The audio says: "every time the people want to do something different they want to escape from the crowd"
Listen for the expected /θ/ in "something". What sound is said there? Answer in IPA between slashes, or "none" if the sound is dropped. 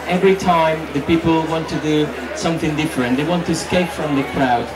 /θ/